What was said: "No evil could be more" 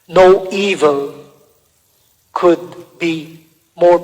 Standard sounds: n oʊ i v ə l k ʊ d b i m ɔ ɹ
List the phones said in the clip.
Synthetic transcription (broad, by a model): n oʊ i v ə l k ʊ d b i m ɔ ɹ